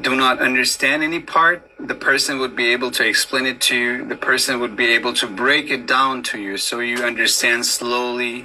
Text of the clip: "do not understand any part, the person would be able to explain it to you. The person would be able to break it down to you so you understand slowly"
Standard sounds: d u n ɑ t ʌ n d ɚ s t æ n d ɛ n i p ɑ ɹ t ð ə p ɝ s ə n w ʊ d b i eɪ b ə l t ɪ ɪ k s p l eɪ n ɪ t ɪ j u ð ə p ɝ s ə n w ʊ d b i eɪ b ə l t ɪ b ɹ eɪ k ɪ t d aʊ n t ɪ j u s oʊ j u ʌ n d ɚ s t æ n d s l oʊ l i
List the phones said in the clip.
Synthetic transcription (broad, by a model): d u n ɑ t ʌ n d ɚ s t æ n d ɛ n i p ɑ ɹ t ð ə p ɝ s ə n w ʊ d b i eɪ b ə l t ɪ ɪ k s p l eɪ n ɪ t ɪ j u ð ə p ɝ s ə n w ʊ d b i eɪ b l t ɪ b ɹ eɪ k ɪ t d aʊ n t ɪ j u s oʊ j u ʌ n d ɚ s t æ n d s l oʊ l i